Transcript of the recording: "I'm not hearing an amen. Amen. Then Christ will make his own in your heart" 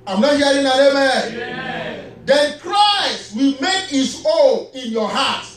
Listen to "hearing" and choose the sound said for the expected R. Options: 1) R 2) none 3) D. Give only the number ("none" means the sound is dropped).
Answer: 2